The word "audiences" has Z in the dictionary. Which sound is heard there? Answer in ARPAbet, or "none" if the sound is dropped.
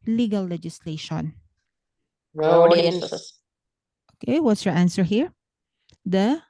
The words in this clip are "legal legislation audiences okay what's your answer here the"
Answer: none